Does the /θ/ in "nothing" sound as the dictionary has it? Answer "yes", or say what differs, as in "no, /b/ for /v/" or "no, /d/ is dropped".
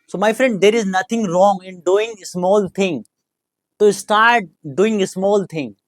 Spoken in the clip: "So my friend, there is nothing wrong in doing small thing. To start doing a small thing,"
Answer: no, /t/ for /θ/